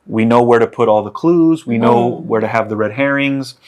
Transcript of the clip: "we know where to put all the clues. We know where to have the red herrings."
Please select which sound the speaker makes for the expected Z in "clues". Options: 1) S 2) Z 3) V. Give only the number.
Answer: 2